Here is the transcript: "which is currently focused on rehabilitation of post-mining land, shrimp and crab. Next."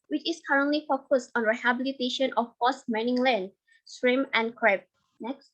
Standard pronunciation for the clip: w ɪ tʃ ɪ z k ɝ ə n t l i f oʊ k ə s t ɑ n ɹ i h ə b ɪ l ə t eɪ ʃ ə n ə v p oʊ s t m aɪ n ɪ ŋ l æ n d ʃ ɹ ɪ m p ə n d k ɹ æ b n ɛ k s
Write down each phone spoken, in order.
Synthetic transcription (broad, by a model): w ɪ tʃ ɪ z k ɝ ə n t l i f oʊ k ə s t ɑ n ɹ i h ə b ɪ l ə t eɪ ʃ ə n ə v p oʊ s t m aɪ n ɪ ŋ l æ n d s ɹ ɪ m ə n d k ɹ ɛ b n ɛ k s